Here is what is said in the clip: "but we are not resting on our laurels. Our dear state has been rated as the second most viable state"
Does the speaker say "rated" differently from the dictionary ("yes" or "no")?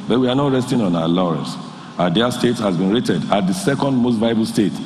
no